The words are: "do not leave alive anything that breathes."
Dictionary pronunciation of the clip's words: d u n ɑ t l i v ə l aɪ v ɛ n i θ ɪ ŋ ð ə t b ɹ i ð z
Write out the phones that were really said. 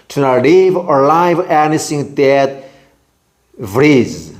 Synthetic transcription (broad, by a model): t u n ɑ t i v ə l aɪ v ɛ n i s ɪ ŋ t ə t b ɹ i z